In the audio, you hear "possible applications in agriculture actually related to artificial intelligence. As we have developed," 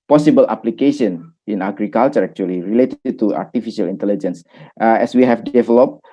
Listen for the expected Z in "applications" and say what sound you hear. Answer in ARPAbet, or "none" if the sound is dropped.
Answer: none